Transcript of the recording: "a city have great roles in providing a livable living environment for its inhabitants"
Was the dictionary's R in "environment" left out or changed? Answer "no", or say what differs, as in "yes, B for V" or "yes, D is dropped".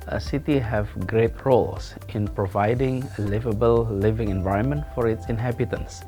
no